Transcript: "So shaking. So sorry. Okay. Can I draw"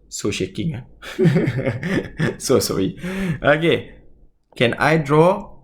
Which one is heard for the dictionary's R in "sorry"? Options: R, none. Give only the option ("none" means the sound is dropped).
none